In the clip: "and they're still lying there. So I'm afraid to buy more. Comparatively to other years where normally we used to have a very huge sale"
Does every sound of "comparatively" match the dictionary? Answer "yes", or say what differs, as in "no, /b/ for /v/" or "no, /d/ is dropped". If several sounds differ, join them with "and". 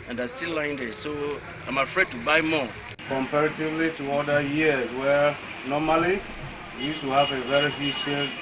yes